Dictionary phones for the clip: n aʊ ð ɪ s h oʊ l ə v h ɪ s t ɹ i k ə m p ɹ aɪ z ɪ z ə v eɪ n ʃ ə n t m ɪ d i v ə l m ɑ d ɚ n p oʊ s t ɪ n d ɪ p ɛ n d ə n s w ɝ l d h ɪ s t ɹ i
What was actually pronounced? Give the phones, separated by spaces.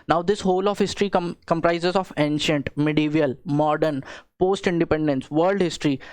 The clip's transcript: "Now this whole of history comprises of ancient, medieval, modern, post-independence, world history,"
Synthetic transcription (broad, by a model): n aʊ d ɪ s h oʊ l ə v h ɪ s t ɹ i k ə m p ɹ aɪ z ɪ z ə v eɪ n ʃ ə n t m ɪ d i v ə l m ɑ d ɚ n p oʊ s t ɪ n d ɪ p ɛ n d ə n s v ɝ l d h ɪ s t ɹ i